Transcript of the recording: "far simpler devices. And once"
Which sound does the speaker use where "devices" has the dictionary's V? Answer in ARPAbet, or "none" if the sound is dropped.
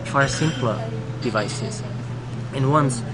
V